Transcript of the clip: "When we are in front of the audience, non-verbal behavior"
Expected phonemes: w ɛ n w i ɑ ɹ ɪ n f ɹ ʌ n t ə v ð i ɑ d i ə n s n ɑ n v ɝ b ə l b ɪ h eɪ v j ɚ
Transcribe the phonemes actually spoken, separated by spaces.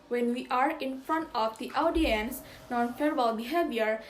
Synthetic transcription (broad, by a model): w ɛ n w i ɑ ɹ ɪ n f ɹ ʌ n t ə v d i ɑ d i ə n s n ɑ n f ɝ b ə l b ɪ h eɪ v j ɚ